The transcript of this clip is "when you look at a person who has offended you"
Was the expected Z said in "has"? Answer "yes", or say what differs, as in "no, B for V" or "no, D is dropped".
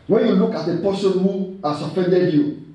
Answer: no, S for Z